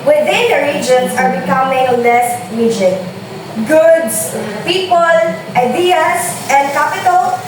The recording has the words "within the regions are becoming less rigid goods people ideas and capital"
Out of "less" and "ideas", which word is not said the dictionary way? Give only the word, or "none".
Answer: ideas